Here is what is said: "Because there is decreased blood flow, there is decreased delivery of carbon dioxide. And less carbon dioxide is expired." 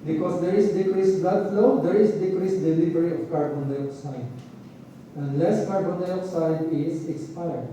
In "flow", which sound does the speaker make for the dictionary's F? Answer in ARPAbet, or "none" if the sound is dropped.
F